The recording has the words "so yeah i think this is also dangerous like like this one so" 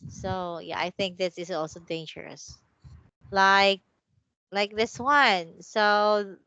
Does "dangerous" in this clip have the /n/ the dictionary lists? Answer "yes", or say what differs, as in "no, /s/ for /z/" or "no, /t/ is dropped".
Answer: yes